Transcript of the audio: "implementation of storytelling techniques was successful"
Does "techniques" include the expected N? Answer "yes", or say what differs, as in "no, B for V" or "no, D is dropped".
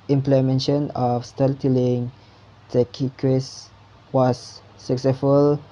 no, N is dropped